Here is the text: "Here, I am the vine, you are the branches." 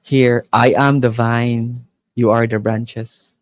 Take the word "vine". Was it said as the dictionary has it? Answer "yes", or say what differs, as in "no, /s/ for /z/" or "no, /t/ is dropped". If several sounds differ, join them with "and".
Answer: yes